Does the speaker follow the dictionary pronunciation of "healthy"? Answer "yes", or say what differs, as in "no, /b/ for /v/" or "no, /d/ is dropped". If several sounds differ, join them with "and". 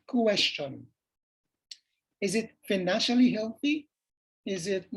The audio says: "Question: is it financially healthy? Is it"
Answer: yes